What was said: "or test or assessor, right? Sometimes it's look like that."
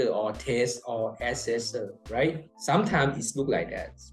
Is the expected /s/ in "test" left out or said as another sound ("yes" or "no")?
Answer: no